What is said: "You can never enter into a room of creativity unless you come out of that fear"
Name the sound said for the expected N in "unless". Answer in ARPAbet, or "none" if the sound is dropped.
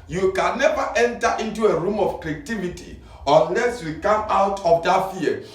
N